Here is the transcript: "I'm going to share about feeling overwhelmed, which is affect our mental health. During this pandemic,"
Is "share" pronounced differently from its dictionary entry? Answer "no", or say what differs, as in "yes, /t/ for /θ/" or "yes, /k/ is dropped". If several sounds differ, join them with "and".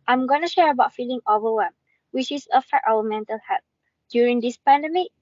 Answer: no